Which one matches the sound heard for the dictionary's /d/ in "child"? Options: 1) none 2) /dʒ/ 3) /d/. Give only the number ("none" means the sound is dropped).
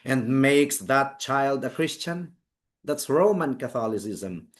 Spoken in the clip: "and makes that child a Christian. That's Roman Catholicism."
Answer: 3